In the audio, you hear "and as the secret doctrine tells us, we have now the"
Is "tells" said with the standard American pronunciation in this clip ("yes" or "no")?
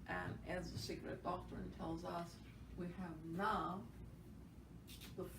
yes